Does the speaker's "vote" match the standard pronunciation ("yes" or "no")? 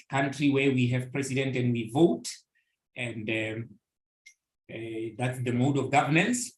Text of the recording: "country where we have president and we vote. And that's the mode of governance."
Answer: yes